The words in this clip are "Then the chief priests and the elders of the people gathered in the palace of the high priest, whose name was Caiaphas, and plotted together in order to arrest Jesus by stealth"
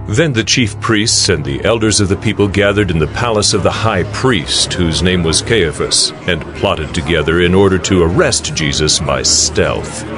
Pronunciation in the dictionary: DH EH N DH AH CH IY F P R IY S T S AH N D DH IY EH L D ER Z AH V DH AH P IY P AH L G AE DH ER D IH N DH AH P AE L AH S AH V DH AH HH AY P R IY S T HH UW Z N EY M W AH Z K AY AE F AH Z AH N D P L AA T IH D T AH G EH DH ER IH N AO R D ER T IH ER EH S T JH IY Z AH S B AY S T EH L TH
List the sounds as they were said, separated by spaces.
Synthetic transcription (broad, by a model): DH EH N DH AH CH IY F P R IY S T S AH N DH IY EH L D ER Z AH V DH AH P IY P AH L G AE DH ER D IH N DH AH P AE L AH S AH V DH AH HH AY P R IY S T HH UW Z N EY M W AH Z K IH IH F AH S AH N P L AA T IH D T AH G EH DH ER IH N AO R D ER T IH ER EH S T JH IY Z AH S B AY S T EH L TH